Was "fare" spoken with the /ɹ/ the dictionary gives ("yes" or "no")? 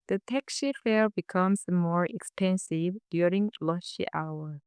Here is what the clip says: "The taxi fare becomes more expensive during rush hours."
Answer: no